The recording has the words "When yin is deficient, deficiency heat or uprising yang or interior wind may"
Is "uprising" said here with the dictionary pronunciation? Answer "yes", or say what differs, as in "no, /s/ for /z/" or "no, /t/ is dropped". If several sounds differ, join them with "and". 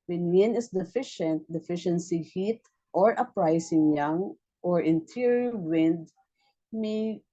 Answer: no, /s/ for /z/